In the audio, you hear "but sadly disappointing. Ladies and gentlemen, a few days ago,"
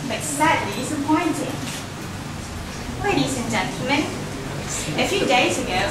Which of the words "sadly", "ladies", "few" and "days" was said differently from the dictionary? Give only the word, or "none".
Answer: ladies